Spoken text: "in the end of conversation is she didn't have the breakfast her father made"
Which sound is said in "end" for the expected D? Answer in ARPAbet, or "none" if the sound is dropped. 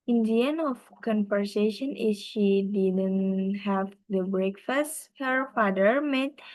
none